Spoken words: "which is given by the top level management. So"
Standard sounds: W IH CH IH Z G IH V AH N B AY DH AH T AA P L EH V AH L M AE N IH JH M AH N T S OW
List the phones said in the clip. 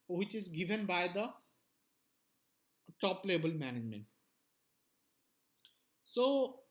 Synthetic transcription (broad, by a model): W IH CH IH Z G IH V AH N B AY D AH T AA P L EH B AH L M AE N IH JH M AH N T S OW